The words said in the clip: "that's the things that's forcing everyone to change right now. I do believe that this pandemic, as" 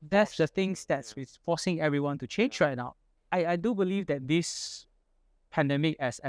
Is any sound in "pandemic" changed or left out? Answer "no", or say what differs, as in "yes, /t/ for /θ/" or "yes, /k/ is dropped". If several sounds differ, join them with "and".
no